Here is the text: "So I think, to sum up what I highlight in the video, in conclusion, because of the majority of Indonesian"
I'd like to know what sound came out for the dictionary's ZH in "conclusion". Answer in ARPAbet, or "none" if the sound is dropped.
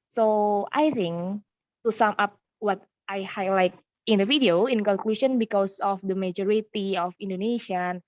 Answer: SH